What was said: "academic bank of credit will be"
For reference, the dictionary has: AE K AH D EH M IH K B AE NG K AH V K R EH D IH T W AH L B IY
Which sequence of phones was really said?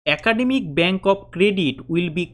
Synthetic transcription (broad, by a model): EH K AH D EH M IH K B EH NG K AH P K R EH D IH T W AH L B IY